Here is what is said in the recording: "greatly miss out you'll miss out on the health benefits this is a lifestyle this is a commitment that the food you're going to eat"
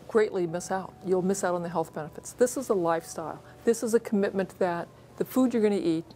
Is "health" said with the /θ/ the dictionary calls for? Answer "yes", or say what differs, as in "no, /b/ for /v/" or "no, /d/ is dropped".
yes